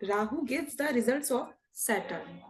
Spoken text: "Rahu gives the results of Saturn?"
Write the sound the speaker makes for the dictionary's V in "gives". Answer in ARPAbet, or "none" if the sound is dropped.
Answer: none